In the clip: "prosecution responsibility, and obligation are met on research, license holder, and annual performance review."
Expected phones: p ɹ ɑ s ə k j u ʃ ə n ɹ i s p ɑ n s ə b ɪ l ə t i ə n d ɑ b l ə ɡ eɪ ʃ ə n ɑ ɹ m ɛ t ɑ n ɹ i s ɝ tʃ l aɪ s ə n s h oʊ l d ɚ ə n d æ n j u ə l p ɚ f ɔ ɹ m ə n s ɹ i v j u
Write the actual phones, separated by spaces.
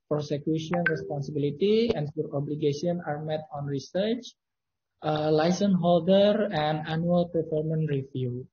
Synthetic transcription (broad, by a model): p ɹ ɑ s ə k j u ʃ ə n ɹ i s p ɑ n s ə b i l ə t i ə n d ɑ b l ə ɡ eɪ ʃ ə n ɑ ɹ m ɛ t ɑ n ɹ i s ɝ tʃ l aɪ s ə n h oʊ l d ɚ ə n d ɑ n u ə l p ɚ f ɔ ɹ m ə n ɹ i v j u